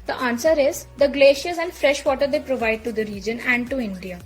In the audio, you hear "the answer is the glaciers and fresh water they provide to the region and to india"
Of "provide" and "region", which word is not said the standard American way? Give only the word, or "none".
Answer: none